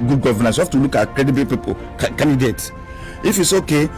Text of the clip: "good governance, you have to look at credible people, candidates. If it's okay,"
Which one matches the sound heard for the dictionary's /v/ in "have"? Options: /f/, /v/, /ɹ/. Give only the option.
/f/